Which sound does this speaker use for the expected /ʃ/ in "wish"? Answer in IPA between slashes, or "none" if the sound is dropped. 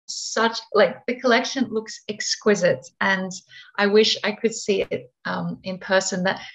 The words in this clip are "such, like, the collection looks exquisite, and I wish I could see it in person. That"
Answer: /ʃ/